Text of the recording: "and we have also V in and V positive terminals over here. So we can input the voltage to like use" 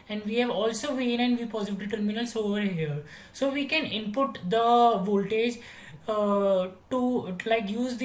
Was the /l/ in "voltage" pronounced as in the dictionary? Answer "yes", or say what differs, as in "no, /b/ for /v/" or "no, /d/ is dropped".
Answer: yes